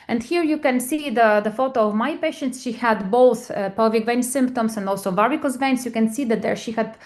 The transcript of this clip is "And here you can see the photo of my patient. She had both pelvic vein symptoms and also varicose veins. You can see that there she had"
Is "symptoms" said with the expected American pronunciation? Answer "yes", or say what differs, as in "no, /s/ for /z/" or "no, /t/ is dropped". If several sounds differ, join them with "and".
no, /s/ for /z/